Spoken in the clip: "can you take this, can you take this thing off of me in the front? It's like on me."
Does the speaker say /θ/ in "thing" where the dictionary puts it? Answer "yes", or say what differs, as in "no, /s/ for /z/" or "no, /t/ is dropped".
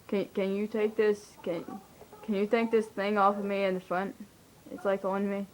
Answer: yes